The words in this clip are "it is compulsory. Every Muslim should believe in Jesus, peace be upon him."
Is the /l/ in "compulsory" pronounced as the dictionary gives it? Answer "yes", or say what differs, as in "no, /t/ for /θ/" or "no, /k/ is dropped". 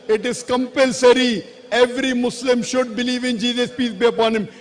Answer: yes